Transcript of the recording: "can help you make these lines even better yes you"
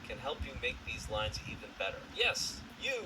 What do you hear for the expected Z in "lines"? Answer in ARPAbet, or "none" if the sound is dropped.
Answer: Z